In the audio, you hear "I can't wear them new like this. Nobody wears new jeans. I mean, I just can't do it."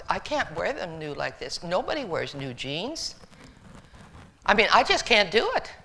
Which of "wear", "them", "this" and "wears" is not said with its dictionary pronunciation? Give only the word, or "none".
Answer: none